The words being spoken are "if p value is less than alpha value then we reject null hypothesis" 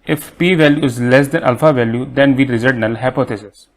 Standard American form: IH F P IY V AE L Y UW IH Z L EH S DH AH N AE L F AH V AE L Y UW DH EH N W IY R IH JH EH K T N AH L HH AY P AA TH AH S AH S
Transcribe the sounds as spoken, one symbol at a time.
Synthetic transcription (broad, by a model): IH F P IY V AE L Y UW IH Z L EH S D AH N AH L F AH V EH L Y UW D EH N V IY R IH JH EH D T N AH L HH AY P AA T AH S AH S